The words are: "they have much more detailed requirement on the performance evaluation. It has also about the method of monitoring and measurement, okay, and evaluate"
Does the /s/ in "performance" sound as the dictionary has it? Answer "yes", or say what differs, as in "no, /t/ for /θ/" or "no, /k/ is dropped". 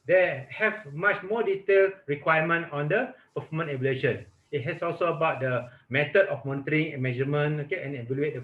no, /s/ is dropped